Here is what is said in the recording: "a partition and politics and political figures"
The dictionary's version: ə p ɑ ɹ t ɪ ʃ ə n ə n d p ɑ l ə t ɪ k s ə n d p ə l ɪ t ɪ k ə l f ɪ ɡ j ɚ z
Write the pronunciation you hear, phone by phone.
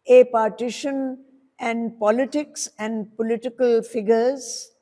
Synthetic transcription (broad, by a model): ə p ɑ ɹ t ɪ ʃ ə n ə n d p ɑ l ə t ɪ k s ə n d p ə l ɪ t ɪ k ə l f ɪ ɡ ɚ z